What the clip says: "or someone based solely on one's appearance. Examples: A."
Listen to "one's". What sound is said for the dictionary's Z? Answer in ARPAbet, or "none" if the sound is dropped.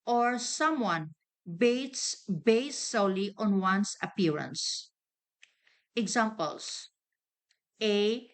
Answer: S